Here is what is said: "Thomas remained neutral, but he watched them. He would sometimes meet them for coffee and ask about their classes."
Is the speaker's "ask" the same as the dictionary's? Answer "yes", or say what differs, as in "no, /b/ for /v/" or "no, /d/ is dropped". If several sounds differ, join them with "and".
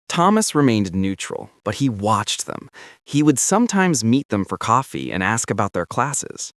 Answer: yes